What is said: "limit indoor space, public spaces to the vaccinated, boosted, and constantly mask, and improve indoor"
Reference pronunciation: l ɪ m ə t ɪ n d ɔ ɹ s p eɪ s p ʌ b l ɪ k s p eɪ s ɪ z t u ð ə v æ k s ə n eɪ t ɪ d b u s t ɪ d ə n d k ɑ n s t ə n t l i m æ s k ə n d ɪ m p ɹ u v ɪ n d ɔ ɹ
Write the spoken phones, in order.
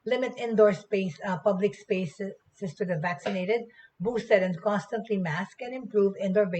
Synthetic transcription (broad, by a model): l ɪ m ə t ɪ n d ɔ ɹ s p eɪ s p ʌ b l ɪ k s p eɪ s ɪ s t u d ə v æ k s ə n eɪ t ɪ d b u s t ɪ d ə n d k ɑ n s t ə n t l i m æ s k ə n ɪ m p ɹ u v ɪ n d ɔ ɹ